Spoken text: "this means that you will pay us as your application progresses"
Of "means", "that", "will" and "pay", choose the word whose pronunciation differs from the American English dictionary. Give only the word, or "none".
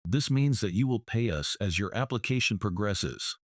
none